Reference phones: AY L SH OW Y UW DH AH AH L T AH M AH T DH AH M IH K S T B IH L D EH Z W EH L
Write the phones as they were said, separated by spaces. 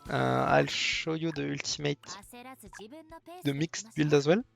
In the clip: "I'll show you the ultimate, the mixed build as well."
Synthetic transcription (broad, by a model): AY L SH OW Y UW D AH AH L T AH M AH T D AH M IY K S T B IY L D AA Z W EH L